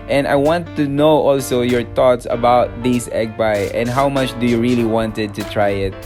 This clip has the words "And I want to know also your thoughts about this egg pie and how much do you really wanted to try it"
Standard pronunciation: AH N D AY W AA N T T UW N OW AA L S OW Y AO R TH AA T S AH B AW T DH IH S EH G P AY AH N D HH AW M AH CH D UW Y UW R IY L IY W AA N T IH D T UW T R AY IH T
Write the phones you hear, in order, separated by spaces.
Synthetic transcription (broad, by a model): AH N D AY W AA N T T UW N OW AA L S OW Y AO R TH AA T S AH B AW T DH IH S EH G B AY AH N D HH AW M AH CH D UW Y UW R IY L IY W AA N T IH D T UW T R AY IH T